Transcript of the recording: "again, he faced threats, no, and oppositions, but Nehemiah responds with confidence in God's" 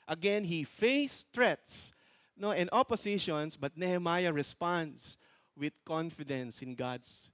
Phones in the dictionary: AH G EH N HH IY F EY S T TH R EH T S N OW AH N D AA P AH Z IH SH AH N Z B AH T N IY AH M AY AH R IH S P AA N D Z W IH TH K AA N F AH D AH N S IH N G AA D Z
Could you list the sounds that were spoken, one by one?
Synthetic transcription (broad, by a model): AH G EH N HH IY F EY S T R EH T S N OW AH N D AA P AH S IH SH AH N S B AH T N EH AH M AY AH R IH S P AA N D S W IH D K AA N F AH D AH N S IH N G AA D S